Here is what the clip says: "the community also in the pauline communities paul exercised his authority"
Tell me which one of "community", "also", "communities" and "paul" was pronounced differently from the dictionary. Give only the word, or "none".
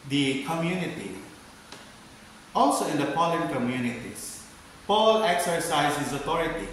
communities